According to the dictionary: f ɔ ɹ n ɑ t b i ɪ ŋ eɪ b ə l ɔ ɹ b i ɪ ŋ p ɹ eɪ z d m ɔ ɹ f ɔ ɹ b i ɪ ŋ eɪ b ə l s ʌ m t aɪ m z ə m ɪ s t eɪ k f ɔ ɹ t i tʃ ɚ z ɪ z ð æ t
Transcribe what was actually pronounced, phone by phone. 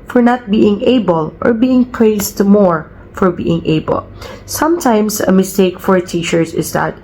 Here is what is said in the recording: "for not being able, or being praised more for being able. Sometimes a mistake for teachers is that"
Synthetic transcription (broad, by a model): f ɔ ɹ n ɑ t b i ɪ ŋ eɪ b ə l ɔ ɹ b i ɪ ŋ p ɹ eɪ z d m ɔ ɹ f ɔ ɹ b i ɪ ŋ eɪ b ə l s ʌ m t aɪ m s ə m ɪ s t eɪ k f ɔ ɹ t i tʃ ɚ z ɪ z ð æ t